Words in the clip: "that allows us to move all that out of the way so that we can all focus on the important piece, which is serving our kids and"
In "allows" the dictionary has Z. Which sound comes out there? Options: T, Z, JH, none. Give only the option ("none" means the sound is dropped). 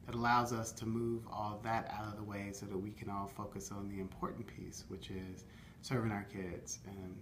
Z